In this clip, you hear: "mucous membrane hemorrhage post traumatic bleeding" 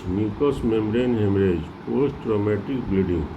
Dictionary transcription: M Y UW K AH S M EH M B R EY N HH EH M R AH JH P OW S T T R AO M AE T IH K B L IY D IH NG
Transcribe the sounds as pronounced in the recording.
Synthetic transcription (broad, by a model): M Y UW K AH S M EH M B R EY N HH EH M R AH JH P OW S T T R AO M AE T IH K B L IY D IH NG